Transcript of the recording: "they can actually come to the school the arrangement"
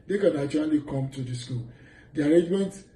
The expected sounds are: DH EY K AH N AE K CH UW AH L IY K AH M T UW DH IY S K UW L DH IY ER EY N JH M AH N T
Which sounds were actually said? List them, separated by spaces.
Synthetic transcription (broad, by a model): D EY K AH N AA CH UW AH L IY K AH M T UW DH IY S K UW L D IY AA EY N JH M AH N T